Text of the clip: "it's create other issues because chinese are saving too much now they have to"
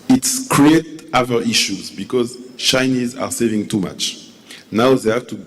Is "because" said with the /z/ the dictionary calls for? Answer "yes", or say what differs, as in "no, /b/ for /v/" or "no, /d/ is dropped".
yes